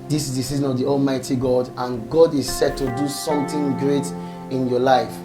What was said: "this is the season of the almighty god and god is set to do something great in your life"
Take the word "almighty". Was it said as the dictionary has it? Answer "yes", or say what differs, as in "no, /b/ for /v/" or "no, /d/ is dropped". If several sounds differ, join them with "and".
yes